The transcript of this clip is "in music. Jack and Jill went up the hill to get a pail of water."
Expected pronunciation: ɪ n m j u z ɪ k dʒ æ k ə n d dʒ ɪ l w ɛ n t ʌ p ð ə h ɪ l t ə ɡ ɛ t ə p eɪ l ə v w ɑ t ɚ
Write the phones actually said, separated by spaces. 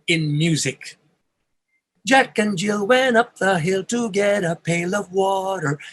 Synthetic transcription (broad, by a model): ɪ n m j u z ɪ k dʒ æ k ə n dʒ ɪ l w ɛ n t ʌ p ð ə h ɪ l t ə ɡ ɛ t ə p eɪ l ə v w ɑ t ɚ